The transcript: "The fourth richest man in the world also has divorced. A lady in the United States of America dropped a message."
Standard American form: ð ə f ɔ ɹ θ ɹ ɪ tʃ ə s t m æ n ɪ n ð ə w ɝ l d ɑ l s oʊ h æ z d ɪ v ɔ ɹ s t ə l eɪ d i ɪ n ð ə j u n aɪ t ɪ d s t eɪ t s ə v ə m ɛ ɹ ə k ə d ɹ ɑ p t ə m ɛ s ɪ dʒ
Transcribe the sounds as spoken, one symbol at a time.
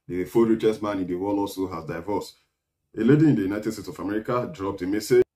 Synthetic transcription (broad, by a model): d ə f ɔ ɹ ɹ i tʃ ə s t m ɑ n ɪ n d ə w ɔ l ɑ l s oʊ h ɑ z d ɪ v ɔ s ə l eɪ d i ɪ n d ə j u n aɪ t ɪ d s t eɪ t s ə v ə m ɛ ɹ ə k ə d ɹ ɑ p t ə m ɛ s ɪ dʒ